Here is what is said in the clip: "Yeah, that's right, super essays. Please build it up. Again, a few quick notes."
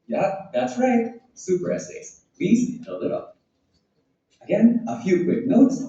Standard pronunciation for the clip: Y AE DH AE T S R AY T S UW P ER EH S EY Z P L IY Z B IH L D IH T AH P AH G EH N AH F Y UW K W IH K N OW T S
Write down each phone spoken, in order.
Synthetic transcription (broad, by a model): Y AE DH AE T S R AY T S UW P ER EH S EY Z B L IY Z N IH L IH T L AH G EH N AH F Y UW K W IH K N OW T S